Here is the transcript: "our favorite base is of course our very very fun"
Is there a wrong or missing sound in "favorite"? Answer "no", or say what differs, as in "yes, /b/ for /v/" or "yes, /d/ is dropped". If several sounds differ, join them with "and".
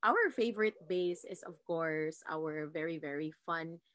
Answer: no